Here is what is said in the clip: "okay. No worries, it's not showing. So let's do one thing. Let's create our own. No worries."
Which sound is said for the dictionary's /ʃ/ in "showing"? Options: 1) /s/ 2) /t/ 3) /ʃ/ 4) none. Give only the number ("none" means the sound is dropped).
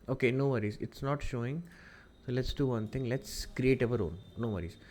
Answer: 3